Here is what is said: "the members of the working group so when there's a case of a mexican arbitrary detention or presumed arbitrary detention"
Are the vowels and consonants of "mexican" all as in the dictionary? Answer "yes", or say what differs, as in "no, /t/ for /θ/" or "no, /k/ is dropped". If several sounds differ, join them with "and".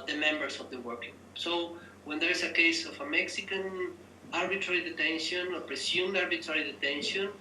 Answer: yes